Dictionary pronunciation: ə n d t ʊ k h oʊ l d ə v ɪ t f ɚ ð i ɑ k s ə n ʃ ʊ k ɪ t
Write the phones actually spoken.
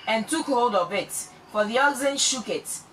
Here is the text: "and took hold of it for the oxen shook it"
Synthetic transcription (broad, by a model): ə n t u k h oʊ d ə v ɪ t f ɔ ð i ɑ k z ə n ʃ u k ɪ t